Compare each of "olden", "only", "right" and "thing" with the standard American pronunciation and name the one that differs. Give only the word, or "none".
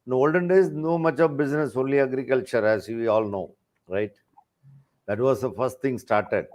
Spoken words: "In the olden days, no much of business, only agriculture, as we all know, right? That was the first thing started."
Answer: thing